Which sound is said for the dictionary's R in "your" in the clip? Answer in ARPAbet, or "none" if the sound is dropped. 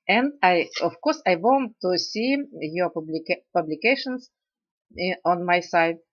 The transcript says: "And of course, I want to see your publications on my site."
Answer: L